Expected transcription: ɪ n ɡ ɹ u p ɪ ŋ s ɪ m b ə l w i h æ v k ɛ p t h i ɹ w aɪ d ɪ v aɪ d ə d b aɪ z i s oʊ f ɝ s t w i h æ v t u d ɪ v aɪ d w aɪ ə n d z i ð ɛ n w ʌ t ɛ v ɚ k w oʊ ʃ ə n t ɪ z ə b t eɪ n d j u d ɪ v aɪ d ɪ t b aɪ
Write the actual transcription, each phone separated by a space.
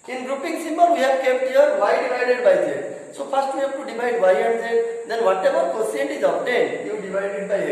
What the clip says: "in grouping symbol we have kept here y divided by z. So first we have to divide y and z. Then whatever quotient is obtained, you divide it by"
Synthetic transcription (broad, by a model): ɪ n ɡ ɹ u p ɪ ŋ s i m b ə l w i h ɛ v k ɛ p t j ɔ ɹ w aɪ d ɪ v aɪ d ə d b aɪ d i s oʊ p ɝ s t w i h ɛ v t u d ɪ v aɪ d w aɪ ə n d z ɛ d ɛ n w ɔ t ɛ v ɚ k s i ə n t ɪ z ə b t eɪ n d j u d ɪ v aɪ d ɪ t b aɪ